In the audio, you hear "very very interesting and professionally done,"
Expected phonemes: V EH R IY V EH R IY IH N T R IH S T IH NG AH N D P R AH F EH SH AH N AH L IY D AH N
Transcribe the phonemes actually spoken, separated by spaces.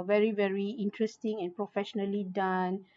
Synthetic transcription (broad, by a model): V EH R IY V EH R IY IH N T R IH S T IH NG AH N P R AH F EH SH AH N AH L IY D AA N